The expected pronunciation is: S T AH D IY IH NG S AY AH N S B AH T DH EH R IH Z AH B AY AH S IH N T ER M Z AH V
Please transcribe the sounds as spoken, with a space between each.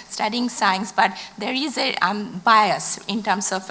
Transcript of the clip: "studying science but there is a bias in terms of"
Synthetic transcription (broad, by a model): S T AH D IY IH NG S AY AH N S B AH T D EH R IH Z AH B AY AH S IH N T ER M S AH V